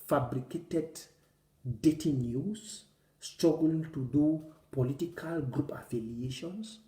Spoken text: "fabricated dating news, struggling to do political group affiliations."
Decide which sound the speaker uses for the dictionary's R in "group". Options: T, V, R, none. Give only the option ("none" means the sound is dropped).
R